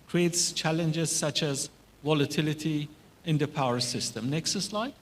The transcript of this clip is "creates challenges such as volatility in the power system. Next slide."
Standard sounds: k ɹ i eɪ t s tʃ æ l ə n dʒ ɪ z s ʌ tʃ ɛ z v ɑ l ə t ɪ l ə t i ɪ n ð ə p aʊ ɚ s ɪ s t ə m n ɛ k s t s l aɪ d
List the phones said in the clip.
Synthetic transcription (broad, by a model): k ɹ i eɪ t s tʃ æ l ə n dʒ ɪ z s ʌ tʃ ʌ z v ɑ l ə t ɪ l ə t i ɪ n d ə p aʊ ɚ s ɪ s t ə m n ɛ k s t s l aɪ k